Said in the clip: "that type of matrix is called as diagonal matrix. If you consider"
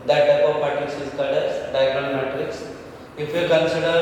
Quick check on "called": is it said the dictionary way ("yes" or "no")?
no